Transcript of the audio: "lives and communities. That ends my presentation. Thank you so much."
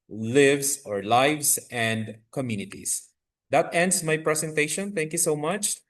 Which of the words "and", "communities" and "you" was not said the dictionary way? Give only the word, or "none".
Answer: communities